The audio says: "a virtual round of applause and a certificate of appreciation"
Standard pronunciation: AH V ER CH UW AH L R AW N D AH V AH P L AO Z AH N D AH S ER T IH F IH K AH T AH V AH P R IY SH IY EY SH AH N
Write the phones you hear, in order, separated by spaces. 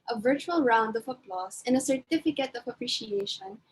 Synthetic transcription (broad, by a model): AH V ER CH UW AH L R AW N D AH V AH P L AO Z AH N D AH S ER T IH F IH K AH T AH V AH P R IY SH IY EY SH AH N